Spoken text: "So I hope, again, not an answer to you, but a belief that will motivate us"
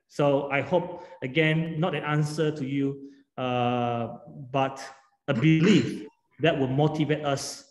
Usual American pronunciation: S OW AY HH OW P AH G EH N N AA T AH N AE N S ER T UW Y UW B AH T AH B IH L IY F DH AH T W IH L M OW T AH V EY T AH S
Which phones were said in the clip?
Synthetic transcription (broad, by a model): S OW AY HH OW P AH G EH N N AA T AH N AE N S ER T UW Y UW B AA T AH B IH L IY F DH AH T W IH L M OW T AH V EY T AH S